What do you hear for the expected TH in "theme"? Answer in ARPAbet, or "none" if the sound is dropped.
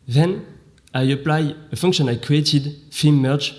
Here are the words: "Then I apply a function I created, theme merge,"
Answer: F